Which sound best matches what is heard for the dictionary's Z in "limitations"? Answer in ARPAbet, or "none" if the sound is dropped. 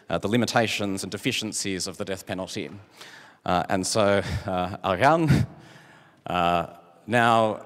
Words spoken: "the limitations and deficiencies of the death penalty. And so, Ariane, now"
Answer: Z